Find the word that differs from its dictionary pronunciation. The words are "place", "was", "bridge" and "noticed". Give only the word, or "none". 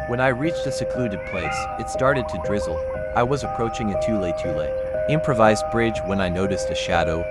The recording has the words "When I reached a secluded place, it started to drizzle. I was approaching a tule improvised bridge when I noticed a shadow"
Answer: none